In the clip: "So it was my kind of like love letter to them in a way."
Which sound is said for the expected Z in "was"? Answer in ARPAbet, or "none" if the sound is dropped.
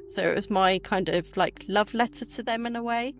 Z